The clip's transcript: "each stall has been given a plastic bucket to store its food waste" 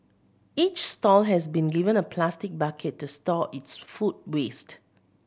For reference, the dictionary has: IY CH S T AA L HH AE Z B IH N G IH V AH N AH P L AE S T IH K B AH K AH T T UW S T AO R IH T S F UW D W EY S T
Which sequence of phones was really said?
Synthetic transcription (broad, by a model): IY CH S T AA L HH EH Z B IH N G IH V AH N AH P L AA S T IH K B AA K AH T T UW S T AO IH T S F UW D W EY S T